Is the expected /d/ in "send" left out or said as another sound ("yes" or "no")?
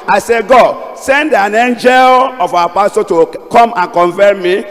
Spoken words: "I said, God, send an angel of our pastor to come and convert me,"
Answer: no